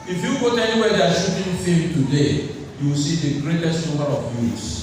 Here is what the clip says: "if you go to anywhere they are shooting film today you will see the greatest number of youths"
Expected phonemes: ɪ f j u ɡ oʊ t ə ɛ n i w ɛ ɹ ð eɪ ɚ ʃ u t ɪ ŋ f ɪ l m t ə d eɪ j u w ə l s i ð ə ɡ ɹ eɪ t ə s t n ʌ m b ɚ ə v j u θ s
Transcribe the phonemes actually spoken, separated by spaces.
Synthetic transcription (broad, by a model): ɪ f j u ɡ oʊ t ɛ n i w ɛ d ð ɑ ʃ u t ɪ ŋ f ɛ m t ə d eɪ j u w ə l s i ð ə ɡ ɹ eɪ t ə s t n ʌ m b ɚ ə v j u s